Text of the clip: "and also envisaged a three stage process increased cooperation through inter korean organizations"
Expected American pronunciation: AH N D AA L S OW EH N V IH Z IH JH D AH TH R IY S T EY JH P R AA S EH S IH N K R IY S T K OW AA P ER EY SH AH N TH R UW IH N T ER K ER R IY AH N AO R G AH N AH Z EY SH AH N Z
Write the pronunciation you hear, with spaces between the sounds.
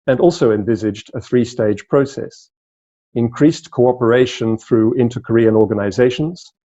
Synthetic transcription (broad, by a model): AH N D AA L S OW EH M V IH Z IH JH D AH TH R IY S T EY JH P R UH S EH S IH N K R IY S K OW AA P ER EY SH AH N TH R UW IH N T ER K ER R IY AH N AO R G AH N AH Z EY SH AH N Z